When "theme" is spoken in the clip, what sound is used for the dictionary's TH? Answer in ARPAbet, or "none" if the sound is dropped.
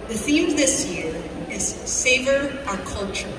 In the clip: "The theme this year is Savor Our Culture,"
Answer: TH